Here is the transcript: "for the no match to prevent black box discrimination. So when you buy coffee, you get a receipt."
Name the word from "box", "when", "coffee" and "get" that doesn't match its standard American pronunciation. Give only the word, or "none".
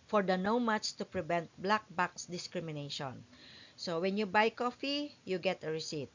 none